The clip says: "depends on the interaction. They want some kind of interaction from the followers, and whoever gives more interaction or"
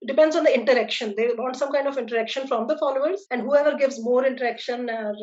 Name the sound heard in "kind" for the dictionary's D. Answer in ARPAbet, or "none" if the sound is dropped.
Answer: D